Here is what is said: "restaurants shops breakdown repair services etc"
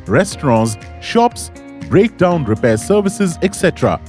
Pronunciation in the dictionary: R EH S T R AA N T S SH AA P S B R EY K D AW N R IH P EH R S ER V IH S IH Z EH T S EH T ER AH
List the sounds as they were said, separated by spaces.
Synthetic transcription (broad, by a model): R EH S T R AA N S SH AA P S B R EY K D AW N R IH P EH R S ER V IH S IH Z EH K S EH T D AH